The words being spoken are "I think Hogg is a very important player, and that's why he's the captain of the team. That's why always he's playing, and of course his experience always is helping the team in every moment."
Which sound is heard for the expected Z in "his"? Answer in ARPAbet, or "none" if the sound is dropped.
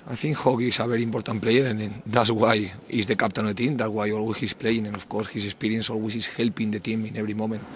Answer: S